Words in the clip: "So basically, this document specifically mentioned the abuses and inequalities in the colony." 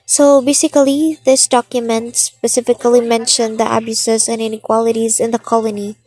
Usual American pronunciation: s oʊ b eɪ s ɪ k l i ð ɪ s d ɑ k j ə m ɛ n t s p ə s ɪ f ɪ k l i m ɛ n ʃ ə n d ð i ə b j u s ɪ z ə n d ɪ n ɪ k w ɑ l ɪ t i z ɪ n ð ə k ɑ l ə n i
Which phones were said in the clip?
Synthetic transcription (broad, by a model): s oʊ b eɪ s ɪ k l i ð ɪ s d ɑ k j ə m ɛ n t s p ə s ɪ f ɪ k l i m ɛ n ʃ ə n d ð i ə b j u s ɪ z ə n ɪ n ɪ k w ɑ l ɪ t i z ɪ n ð ə k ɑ l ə n i